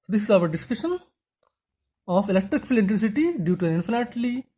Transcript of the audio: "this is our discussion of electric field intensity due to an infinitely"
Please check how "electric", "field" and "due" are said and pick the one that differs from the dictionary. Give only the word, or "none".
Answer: field